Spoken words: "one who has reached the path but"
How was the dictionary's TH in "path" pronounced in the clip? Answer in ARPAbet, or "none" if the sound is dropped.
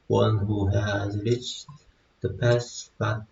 S